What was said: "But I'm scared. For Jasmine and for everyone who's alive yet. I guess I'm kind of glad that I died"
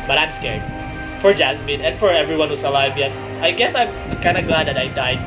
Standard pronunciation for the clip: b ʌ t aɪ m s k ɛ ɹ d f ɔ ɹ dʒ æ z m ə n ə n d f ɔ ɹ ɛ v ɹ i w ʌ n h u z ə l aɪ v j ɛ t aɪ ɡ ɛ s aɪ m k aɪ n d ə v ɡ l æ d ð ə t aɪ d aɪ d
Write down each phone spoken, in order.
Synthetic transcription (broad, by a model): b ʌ t aɪ m s k ɛ ɹ d f ɔ ɹ dʒ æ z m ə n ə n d f ɔ ɹ ɛ v ɹ i w ʌ n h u s ə l aɪ v j ɛ t aɪ ɡ ɛ s aɪ m k aɪ n d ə ɡ l æ d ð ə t aɪ d aɪ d